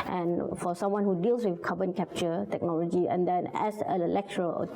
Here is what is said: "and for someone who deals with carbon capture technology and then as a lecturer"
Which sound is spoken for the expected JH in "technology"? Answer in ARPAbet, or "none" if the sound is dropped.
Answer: JH